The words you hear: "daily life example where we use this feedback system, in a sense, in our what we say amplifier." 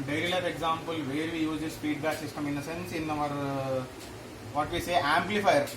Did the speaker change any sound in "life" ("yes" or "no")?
yes